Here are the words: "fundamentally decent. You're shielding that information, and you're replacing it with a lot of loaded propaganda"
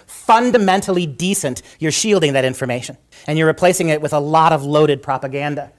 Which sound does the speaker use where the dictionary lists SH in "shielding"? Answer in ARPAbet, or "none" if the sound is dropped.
SH